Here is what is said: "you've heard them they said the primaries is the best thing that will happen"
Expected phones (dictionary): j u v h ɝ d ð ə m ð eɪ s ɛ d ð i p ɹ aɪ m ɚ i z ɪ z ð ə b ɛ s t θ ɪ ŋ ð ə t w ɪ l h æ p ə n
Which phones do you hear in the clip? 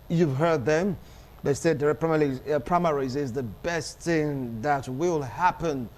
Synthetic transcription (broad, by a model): j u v h ɝ d ð ə m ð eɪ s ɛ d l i p ɹ aɪ m ɚ i z ɪ z ð ə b ɛ s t θ ɪ ŋ ð ə t w ɪ l h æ p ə n